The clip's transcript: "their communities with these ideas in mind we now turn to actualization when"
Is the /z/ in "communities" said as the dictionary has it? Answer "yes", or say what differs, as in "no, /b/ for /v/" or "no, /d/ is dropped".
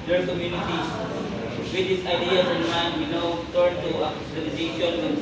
no, /z/ is dropped